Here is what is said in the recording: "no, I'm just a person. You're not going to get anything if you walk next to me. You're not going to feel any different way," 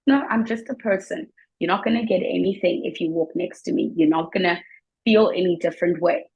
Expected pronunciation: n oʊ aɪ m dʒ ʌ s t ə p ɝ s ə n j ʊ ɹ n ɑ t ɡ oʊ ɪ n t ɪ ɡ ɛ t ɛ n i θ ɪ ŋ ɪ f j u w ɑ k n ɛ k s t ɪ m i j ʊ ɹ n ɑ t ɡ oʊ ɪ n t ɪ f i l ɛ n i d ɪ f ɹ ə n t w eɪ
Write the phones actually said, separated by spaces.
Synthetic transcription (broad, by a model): n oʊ aɪ m dʒ ʌ s t ə p ɝ s ə n j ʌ ɹ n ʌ t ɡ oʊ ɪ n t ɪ ɡ ɛ t ɛ n i θ ɪ ŋ ɪ f j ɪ w ɑ k n ɛ k s t ɪ m i j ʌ ɹ n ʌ t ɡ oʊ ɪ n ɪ f i l ɛ n i d ɪ f ɹ ə n t w eɪ